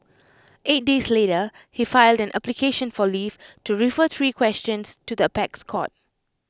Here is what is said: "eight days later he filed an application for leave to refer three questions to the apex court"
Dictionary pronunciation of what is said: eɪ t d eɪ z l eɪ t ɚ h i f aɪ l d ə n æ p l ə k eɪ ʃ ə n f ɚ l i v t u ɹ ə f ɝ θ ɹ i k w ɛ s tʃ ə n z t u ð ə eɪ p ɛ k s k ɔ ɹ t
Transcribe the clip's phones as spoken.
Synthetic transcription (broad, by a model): eɪ t d eɪ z l eɪ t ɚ h i f aɪ l d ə n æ p l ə k eɪ ʃ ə n f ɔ l i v t u ɹ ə f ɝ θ ɹ i k w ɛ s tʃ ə n s t u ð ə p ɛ k s k ɔ t